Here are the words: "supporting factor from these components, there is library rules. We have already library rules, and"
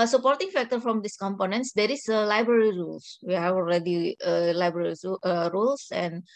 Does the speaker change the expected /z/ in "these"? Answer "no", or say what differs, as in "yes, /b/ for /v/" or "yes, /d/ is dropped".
yes, /s/ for /z/